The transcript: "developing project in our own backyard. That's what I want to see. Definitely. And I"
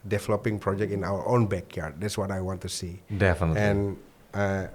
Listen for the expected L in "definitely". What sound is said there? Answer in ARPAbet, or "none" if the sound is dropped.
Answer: none